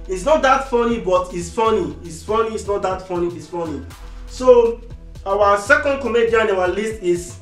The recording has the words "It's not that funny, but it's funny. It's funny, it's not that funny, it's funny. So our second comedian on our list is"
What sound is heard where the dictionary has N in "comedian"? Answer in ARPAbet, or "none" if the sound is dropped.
none